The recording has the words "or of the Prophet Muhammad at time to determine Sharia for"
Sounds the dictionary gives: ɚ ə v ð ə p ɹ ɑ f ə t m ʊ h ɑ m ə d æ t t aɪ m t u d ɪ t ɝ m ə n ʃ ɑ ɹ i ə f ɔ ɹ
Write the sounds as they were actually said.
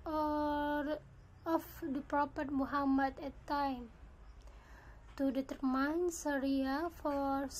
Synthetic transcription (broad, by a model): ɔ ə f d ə p ɹ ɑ p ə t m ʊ h ɑ m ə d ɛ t t aɪ m t u d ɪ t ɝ m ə n s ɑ ɹ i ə f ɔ ɹ